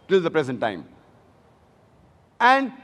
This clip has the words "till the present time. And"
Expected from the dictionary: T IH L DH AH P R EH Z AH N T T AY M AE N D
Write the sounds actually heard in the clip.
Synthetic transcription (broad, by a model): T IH L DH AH P R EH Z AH N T T AY M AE N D